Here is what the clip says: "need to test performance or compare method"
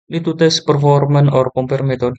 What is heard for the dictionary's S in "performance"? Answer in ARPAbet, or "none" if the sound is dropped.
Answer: none